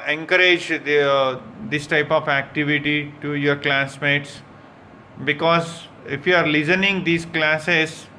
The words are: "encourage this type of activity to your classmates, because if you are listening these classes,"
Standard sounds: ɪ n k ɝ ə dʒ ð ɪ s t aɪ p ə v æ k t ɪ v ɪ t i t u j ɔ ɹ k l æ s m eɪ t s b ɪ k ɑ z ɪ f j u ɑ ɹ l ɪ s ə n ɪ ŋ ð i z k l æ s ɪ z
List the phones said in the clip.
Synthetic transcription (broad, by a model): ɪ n k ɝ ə dʒ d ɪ s t aɪ p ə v æ k t ɪ v ɪ t i t u j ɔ ɹ k l æ s m eɪ t s b ɪ k ɑ z ɪ f j u ɑ ɹ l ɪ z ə n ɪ ŋ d i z k l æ s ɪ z